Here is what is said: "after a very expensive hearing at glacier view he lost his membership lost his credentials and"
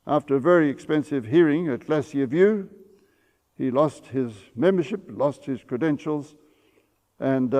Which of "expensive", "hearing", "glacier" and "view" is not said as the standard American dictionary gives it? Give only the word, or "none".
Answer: glacier